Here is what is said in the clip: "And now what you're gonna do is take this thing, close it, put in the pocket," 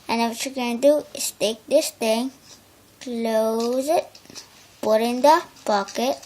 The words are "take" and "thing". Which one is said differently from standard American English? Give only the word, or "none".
thing